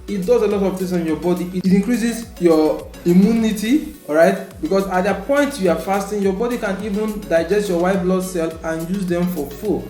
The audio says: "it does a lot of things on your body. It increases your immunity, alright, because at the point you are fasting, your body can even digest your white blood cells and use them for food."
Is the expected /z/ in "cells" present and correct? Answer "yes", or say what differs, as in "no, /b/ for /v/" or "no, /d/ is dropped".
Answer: no, /z/ is dropped